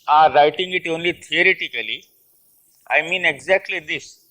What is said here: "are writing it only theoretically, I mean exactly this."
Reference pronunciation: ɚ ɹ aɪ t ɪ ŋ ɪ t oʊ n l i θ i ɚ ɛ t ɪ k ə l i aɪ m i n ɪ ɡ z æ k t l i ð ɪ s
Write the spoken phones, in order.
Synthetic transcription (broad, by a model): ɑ ɹ aɪ t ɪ ŋ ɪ t oʊ n l i t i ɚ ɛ t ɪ k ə l i aɪ m i n ɪ ɡ z æ k t l i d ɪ s